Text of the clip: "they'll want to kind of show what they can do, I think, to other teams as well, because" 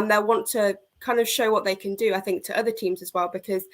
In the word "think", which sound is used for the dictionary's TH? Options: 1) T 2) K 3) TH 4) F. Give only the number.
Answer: 3